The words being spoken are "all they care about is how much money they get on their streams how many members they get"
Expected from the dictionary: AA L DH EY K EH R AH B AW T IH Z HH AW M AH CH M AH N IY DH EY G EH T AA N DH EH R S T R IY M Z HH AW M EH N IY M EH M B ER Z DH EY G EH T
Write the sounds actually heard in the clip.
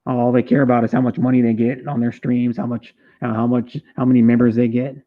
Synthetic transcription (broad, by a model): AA L DH EY K EH R AH B AW T IH Z HH AW M AH CH M AH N IY DH EY G EH T N DH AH R S T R IY M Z HH AW M EH N IY M EH M B ER Z DH EY G EH T